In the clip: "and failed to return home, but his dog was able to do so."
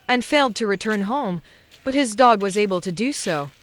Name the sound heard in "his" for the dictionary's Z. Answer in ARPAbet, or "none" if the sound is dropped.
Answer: Z